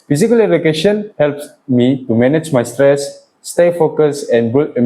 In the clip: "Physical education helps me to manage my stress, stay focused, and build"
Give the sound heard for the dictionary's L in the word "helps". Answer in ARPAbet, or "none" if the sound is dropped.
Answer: L